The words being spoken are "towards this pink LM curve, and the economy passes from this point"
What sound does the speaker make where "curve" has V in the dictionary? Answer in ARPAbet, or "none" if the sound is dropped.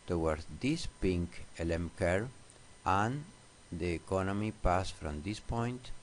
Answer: none